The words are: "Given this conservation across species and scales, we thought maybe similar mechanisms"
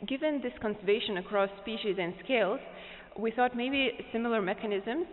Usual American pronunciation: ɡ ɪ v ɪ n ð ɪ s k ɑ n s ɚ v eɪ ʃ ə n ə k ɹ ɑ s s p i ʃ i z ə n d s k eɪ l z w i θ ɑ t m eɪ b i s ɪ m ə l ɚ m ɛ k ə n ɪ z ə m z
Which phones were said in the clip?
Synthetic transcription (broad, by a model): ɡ ɪ v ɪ n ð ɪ s k ɑ n s ɚ v eɪ ʃ ə n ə k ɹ ɑ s s p i ʃ i z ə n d s k eɪ l z w i θ ɑ t m eɪ b i s ɪ m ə l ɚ m ɛ k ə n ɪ z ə m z